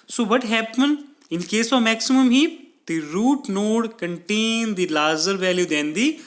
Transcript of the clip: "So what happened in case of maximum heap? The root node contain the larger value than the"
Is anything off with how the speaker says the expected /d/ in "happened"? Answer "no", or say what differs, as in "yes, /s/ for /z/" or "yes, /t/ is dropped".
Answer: yes, /d/ is dropped